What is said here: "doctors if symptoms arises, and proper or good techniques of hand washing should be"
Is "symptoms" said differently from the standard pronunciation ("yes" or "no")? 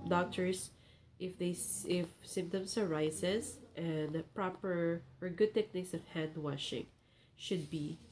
yes